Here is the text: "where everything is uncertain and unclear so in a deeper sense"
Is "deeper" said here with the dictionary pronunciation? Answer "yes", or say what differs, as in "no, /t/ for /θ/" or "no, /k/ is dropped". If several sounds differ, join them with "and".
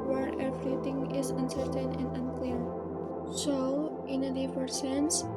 no, /f/ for /p/